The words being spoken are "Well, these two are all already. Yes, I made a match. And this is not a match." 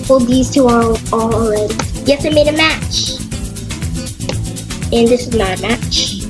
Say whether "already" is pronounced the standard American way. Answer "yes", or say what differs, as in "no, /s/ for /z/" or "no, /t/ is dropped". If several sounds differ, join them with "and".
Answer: no, /l/ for /ɹ/